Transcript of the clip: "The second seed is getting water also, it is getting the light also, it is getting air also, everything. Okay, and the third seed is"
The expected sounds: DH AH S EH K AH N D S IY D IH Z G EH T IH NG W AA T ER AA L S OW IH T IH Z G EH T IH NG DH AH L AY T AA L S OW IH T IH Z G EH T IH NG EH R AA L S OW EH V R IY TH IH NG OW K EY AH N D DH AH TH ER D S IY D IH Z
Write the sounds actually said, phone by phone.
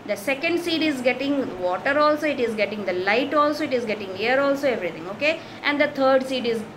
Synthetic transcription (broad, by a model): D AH S EH K AH N D S IY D IH Z G EH T IH NG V AA T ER AA L S OW IH T IH Z G EH T IH NG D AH L AY T AA L S OW IH T IH Z G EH T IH NG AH R AA L S OW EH V R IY T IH NG OW K EY AH N D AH T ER D S IY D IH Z